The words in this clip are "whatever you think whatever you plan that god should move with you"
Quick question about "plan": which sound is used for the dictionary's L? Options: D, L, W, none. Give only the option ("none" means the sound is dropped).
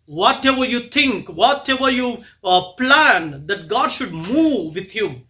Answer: L